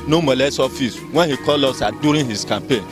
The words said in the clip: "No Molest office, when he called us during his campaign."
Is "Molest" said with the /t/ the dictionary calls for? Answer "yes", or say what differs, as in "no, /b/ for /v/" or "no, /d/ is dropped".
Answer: no, /t/ is dropped